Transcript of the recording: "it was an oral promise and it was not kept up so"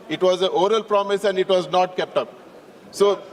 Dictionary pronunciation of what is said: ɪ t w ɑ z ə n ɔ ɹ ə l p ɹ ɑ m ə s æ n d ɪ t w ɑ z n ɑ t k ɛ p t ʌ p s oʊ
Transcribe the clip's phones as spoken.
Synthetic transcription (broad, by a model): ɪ t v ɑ z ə ɔ ɹ ə l p ɹ ɑ m ə s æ n d ɪ t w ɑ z n ɑ t k ɛ p t ʌ p s oʊ